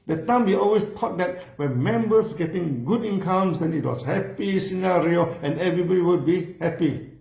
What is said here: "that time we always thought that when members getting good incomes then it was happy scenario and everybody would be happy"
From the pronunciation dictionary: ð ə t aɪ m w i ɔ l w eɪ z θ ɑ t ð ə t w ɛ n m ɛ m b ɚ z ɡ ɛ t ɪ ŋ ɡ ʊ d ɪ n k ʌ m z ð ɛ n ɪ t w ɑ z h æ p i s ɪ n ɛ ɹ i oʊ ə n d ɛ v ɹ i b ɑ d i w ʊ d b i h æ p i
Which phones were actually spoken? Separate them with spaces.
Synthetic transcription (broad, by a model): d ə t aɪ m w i ɔ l w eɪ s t ɑ t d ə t w ɛ n m ɛ m b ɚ s ɡ ɛ t ɪ ŋ ɡ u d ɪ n k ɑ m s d ɛ n ɪ t w ɑ s h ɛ p i s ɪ n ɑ ɹ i oʊ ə n ɛ v ɹ i b ɑ d i w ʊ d b i h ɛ p i